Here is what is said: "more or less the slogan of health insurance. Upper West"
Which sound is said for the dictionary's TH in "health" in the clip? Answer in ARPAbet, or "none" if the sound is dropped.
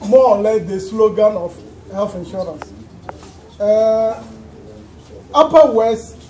F